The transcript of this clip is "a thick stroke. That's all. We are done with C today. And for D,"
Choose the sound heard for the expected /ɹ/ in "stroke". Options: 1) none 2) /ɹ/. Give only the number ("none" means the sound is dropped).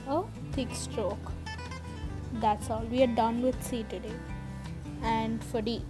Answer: 2